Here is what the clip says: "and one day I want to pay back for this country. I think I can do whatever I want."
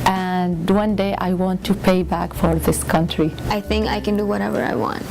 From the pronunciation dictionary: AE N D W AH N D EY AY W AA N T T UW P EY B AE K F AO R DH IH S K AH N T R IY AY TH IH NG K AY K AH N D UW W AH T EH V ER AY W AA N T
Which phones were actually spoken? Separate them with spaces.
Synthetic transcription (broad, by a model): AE N D W AH N D EY AY W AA N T T UW P EY B AE K F AO R DH IH S K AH N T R IY AY TH IH NG K AY K AH N D UW W AH T EH V ER AY W AA N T